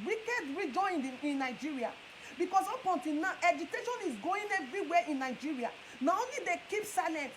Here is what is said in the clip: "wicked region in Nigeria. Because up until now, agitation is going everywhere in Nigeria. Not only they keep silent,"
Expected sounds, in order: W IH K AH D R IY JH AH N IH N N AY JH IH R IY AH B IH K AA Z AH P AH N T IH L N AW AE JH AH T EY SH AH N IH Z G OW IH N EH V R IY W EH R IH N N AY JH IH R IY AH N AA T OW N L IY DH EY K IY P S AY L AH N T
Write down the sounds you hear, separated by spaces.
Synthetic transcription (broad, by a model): W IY K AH D R IY JH AH N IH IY N AY JH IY R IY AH B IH K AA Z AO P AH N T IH N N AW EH JH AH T EY SH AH N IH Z G OW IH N EH V R IY W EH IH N N AY JH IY R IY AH N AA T OW N L IY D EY K IY P S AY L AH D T